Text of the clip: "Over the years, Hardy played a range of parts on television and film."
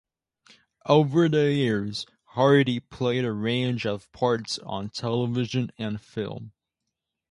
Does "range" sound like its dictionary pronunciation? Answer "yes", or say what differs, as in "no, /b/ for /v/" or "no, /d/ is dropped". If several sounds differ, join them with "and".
yes